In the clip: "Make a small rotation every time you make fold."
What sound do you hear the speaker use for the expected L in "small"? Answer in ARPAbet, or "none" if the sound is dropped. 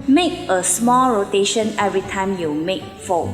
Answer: L